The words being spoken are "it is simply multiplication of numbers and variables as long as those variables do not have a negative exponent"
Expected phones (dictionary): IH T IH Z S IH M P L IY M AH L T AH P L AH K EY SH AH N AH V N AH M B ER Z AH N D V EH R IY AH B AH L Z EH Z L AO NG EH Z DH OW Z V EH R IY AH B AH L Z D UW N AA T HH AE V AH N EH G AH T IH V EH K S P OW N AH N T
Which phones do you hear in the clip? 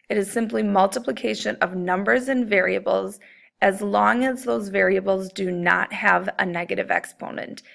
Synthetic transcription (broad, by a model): IH T IH Z S IH M P L IY M AH L T AH P L AH K EY SH AH N AH V N AH M B ER Z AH N V EH R IY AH B L Z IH Z L AO NG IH Z DH OW Z V EH R IY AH B L Z D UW N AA T HH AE V AH N EH G AH T IH V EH K S P OW N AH N T